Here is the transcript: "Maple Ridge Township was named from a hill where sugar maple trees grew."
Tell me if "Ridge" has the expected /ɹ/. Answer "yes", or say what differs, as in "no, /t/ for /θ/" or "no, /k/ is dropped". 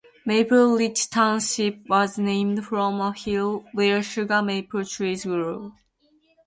no, /l/ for /ɹ/